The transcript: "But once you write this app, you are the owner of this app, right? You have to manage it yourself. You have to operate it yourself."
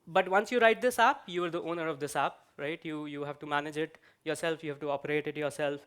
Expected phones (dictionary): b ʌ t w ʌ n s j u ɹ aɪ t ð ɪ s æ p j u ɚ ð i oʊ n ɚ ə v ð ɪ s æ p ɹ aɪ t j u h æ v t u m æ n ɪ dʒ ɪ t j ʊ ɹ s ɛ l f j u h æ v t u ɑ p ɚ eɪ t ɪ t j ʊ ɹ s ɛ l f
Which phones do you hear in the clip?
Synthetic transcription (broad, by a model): b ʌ t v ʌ n s j u ɹ aɪ t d ɪ s æ p j u ɚ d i oʊ n ɚ ə v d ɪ s æ p ɹ aɪ t j u h æ v t u m æ n ɪ dʒ ɪ t j ʊ ɹ s ɛ l f j u h æ v t u ɑ p ɚ eɪ t ɪ t j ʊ ɹ s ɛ l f